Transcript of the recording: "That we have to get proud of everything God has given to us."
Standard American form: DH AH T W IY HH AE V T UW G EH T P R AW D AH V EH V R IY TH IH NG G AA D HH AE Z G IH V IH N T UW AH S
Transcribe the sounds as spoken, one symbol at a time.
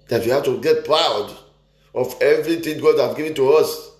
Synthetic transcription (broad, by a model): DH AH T W IY HH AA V T UW G EH T P R AW D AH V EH V R IY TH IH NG G AA D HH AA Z G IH V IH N T UW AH S